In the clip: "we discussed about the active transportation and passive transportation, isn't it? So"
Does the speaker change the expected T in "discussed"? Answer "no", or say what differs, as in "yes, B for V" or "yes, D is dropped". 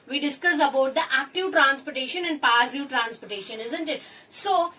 yes, T is dropped